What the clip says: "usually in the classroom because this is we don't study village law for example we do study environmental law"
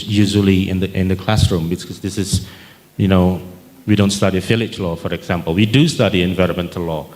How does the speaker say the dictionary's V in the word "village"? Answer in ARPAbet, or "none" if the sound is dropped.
F